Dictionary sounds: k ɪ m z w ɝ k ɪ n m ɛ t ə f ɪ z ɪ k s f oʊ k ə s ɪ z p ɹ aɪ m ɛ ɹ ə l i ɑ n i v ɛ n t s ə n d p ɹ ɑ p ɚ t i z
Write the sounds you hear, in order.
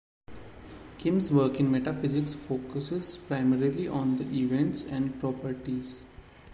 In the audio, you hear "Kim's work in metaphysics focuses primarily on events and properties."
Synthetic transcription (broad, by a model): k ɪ m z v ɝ k ɪ n m ɛ t ə f ɪ z ɪ k s f oʊ k ə s ɪ z p ɹ aɪ m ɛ ɹ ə l i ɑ n i v ɛ n t s ə n d p ɹ ɑ p ɚ t i z